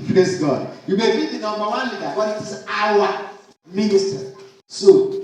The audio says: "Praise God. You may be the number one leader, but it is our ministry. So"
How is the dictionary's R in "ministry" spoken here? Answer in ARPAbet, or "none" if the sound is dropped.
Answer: none